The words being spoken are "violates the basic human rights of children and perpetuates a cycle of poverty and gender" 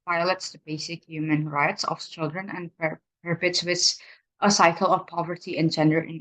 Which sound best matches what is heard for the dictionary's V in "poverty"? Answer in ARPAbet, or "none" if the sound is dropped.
V